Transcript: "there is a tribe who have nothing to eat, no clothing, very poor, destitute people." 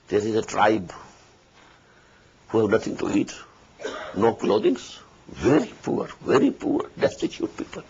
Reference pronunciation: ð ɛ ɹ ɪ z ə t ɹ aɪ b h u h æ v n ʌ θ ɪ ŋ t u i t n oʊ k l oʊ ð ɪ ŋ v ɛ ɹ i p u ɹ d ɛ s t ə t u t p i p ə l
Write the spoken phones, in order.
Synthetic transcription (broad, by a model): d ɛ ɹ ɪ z ə t ɹ aɪ b h u h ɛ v n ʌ t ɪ ŋ t u i t n oʊ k l oʊ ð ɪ ŋ v ɛ ɹ i p u ɹ d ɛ s t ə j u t p i p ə l